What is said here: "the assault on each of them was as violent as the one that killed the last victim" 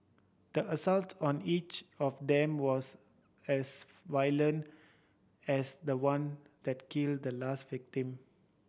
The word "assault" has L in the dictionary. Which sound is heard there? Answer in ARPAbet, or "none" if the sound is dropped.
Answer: L